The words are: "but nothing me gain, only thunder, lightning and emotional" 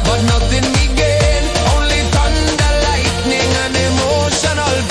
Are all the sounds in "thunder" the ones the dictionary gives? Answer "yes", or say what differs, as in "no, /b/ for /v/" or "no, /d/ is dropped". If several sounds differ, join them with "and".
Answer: no, /t/ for /θ/